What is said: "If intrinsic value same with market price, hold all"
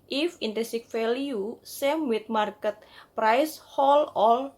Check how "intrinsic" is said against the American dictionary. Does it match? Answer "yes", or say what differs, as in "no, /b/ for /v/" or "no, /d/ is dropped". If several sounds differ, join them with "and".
no, /ɹ/ is dropped